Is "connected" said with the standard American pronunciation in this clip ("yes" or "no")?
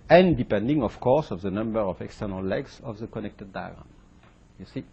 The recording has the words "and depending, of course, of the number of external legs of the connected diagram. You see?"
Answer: yes